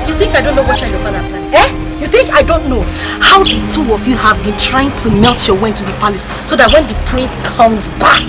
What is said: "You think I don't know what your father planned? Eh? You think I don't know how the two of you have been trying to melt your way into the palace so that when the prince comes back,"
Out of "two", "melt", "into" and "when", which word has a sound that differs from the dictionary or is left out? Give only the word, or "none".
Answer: none